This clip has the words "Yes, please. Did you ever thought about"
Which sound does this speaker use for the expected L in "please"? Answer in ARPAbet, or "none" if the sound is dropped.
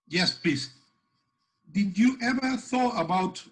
none